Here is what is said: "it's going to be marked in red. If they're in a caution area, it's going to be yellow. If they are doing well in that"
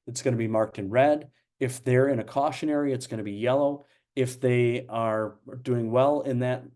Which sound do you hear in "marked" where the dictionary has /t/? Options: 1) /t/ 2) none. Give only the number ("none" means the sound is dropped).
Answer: 1